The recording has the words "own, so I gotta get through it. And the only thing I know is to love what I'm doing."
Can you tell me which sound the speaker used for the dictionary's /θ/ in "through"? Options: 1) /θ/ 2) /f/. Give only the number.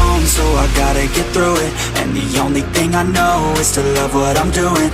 1